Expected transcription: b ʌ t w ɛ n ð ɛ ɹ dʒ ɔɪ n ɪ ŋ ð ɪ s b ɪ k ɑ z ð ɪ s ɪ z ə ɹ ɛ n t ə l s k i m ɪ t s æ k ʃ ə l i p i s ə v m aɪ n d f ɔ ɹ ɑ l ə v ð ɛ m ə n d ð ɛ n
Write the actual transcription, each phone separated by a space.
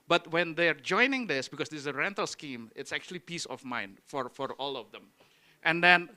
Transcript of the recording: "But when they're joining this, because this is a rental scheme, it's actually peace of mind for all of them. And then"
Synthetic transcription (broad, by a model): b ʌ t w ɛ n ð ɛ ɹ dʒ ɔɪ n ɪ ŋ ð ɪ s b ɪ k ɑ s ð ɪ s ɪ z ə ɹ ɛ n t ə l s k i m ɪ t s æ k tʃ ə l i p i s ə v m aɪ n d f ɔ ɹ ɑ l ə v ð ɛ m ə n d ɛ n